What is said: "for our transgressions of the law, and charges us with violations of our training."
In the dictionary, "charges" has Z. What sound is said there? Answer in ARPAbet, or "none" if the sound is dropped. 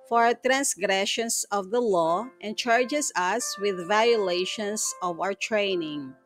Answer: S